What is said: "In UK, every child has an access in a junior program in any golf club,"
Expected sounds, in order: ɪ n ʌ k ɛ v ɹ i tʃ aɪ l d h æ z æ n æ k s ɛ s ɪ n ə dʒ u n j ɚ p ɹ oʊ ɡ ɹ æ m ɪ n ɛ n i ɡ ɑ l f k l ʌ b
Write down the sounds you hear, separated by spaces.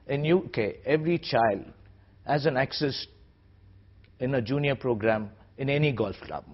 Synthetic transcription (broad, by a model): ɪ n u k ɛ v ɹ i tʃ aɪ l d h æ z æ n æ k s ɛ s ɪ n ə dʒ u n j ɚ p ɹ oʊ ɡ ɹ æ m ɪ n ɛ n i ɡ ɑ l f k l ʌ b